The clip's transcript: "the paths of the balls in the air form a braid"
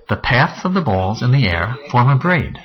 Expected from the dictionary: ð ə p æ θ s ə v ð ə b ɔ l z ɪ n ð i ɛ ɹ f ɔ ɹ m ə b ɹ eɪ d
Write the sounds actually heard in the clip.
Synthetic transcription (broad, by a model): ð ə p æ θ s ə v ð ə b ɔ l z ɪ n ð i ɛ ɹ f ɔ ɹ m ə b ɹ eɪ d